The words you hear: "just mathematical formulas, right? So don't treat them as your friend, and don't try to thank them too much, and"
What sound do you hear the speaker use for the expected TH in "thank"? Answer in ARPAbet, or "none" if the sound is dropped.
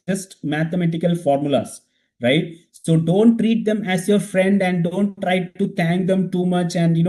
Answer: T